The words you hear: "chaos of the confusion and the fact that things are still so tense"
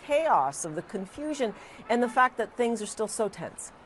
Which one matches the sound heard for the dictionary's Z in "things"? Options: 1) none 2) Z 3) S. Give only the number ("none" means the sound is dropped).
2